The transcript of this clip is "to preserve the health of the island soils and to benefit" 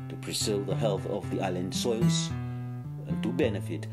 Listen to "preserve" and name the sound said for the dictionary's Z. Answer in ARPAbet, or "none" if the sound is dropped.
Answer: S